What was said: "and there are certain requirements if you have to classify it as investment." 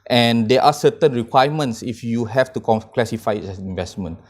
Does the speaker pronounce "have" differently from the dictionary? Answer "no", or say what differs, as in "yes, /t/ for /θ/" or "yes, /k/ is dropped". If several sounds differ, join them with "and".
yes, /f/ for /v/